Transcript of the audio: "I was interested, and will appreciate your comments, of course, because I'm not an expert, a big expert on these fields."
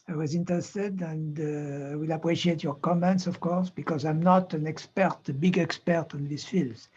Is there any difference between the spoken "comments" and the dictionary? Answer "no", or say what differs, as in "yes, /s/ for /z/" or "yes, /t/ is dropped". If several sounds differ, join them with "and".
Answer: no